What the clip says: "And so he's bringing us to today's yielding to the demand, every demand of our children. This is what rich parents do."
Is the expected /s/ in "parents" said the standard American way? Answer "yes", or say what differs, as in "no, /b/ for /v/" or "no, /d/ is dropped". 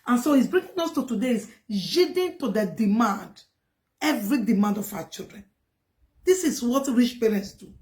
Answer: yes